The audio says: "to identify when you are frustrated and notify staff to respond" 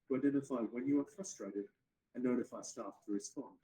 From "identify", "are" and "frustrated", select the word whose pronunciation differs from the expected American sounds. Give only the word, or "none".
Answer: none